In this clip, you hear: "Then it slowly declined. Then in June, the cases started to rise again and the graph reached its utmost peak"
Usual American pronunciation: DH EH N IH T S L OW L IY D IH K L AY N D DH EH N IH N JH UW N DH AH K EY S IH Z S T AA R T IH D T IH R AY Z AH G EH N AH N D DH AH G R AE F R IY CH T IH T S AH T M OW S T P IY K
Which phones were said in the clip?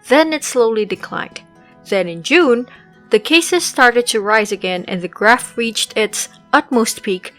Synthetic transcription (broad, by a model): DH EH N IH T S L OW L IY D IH K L AY N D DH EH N IH N JH UW N DH AH K EY S IH Z S T AA R T IH D T IH R AY Z AH G EH N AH N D DH AH G R AE F R IY CH T IH T S AH T M OW S T P IY K